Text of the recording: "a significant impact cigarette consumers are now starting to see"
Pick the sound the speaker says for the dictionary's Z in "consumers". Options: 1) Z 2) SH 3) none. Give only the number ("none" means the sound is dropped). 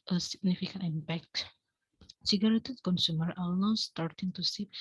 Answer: 3